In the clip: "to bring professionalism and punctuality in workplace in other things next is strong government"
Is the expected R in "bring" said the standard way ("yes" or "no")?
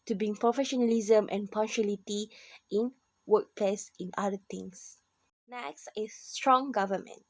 no